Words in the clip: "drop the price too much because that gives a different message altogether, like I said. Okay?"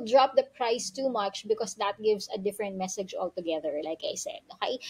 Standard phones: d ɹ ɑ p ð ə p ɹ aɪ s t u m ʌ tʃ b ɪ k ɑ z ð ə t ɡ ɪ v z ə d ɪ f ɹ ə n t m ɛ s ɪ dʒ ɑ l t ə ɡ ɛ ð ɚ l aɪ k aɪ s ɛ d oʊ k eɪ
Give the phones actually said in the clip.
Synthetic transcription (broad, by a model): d ɹ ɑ p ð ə p ɹ aɪ s t u m ʌ tʃ b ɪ k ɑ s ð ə t ɡ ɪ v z ə d ɪ f ɹ ə n t m ɛ s ɪ dʒ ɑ l t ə ɡ ɛ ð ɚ l aɪ k aɪ s ɛ d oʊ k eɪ